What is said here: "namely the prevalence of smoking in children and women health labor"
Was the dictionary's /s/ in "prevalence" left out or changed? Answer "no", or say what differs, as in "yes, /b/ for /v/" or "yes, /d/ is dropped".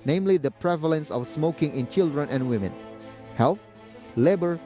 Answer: no